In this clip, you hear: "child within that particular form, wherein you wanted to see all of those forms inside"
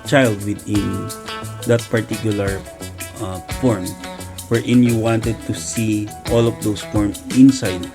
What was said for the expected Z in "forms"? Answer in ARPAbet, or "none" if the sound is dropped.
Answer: none